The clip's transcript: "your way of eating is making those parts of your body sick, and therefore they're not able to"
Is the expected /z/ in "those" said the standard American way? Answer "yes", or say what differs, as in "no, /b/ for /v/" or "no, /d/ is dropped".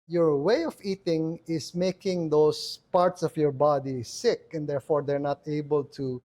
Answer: no, /s/ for /z/